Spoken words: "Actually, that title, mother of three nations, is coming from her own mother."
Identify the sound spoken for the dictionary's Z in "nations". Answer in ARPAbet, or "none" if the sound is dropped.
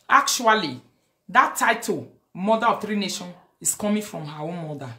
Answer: none